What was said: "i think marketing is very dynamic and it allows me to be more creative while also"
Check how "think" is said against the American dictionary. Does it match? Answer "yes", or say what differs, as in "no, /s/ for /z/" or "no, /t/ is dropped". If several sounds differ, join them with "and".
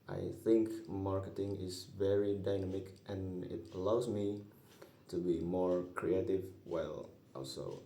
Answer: yes